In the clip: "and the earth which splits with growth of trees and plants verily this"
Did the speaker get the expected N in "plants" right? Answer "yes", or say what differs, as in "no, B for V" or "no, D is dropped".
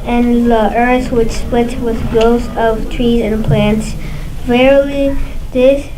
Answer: yes